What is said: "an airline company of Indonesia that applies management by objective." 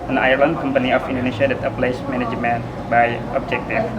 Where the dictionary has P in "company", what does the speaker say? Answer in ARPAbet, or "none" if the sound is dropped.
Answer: P